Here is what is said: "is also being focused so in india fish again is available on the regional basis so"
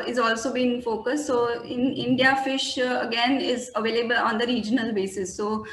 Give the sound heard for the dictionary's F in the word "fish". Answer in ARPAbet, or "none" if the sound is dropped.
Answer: F